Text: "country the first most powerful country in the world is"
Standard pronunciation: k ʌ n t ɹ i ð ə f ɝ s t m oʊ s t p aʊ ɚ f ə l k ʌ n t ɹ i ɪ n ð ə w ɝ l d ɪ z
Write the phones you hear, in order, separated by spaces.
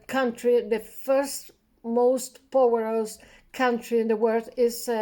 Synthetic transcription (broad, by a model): k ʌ n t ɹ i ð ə f ɝ s t m oʊ s t p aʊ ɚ ə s k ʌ n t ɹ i ɪ n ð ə w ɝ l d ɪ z